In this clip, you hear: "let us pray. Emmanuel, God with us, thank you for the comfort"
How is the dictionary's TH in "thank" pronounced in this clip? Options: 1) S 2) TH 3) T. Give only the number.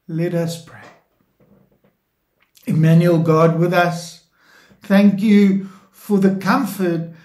2